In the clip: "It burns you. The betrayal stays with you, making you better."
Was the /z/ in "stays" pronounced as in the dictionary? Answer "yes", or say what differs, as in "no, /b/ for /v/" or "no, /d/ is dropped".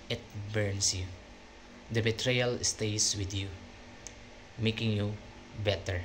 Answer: no, /s/ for /z/